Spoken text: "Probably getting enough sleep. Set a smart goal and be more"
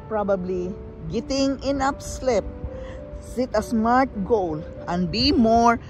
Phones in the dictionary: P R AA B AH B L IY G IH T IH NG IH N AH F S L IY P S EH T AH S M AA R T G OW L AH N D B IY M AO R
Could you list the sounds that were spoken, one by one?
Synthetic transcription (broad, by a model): P R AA B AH B L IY G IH T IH NG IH N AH P S L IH P S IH T AH S M AA R T G OW L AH N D B IY M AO R